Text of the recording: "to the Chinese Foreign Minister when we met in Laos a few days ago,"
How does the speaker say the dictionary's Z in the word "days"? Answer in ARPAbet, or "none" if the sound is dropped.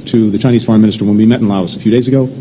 Z